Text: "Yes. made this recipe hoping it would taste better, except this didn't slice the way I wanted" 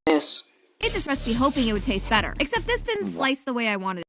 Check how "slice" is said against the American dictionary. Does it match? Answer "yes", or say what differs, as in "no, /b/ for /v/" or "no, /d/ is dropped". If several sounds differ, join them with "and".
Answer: yes